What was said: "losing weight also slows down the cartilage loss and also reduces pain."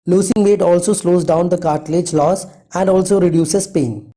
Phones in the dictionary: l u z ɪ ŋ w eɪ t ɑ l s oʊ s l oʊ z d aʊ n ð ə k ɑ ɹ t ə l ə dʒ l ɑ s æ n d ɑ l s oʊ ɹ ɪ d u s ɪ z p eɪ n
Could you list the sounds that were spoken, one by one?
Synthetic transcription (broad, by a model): l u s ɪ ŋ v eɪ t ɑ l s oʊ s l oʊ z d aʊ n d ə k ɑ ɹ t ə l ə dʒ l ɑ s æ n d ɑ l s oʊ ɹ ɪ d u s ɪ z p eɪ n